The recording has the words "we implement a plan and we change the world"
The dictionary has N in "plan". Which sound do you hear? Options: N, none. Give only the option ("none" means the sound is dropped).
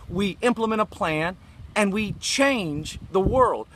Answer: N